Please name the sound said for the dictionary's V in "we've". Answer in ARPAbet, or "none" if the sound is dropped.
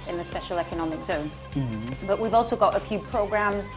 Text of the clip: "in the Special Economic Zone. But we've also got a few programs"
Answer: V